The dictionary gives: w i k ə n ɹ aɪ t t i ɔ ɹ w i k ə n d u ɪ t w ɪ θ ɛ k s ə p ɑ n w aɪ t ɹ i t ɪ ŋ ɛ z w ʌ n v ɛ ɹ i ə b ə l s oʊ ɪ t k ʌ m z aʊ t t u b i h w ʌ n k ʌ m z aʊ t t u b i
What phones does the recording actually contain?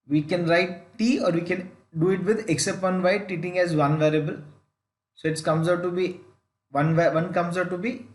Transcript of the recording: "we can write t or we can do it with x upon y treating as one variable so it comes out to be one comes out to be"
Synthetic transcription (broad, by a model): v i k ə n ɹ aɪ t t i ɔ ɹ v i k ə n d u ɪ t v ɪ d ɛ k s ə p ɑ n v aɪ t i t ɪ ŋ ɛ z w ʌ n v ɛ ɹ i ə b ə l s oʊ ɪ t k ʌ m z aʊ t t u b i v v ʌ n k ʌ m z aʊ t t u b i